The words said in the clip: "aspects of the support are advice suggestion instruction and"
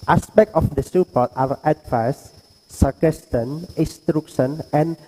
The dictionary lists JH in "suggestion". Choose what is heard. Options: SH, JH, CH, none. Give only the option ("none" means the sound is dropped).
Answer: none